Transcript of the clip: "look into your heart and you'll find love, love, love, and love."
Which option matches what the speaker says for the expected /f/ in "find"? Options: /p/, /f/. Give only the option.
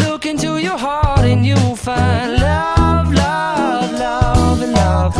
/f/